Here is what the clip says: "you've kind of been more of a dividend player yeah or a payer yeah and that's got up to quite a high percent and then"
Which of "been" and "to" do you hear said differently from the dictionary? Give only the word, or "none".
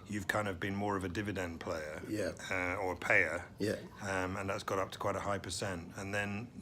none